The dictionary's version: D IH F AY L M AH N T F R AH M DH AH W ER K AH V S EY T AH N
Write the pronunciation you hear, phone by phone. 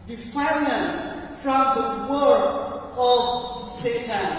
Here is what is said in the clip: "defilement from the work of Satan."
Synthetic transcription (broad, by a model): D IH F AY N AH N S F R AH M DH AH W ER AH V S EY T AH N